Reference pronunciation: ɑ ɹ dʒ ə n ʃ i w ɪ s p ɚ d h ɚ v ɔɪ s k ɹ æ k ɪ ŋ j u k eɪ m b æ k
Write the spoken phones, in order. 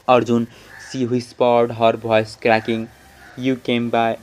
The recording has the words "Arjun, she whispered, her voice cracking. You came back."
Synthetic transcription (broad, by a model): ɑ ɹ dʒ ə n s i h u s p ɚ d h ɚ b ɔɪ s k ɹ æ k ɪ ŋ j u k eɪ m b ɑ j